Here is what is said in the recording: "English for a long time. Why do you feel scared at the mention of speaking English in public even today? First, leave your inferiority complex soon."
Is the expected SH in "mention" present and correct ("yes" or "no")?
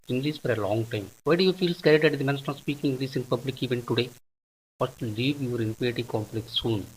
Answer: no